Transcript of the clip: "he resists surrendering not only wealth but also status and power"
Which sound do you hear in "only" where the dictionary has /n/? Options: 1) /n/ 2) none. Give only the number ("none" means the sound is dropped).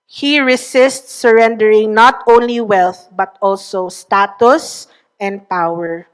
1